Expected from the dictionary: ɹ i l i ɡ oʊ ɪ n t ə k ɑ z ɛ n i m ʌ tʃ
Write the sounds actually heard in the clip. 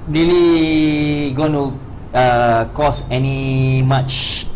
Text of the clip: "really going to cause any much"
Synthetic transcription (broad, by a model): ɹ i l i ɡ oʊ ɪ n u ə k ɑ s ɛ n i m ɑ tʃ